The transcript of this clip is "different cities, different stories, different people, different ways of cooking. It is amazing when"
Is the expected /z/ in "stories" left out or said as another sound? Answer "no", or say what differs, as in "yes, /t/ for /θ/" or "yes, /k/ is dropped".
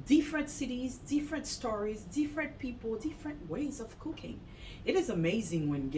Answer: no